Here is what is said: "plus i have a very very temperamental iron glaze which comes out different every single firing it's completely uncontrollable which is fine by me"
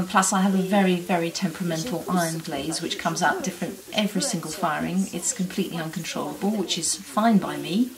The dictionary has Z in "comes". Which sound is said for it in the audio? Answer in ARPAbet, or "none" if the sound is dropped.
Z